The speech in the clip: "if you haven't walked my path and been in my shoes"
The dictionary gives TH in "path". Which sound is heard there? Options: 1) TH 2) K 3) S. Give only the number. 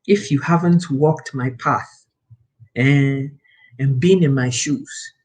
1